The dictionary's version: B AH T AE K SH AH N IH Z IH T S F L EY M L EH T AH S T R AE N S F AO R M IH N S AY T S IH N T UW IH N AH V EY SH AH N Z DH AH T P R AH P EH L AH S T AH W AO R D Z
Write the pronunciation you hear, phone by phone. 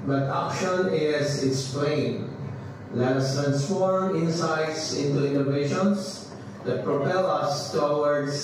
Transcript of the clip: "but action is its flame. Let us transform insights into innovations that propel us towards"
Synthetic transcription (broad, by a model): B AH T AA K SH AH N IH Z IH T S P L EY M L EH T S T R AE N S F AO R M IH N S AY T S IH N T UW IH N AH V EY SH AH N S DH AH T P R AH P EH L AH S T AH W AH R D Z